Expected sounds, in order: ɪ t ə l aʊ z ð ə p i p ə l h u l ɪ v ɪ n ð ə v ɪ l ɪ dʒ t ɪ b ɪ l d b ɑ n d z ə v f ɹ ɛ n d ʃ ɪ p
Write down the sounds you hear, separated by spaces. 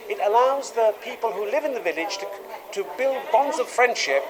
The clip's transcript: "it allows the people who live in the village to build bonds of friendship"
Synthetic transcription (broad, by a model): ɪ t ə l aʊ z ð ə p i p ə l h u l ɪ v ɪ n ð ə v ɪ l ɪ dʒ t ɪ b ɪ l d b ɑ n d z ə v f ɹ ɛ n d ʃ ɪ p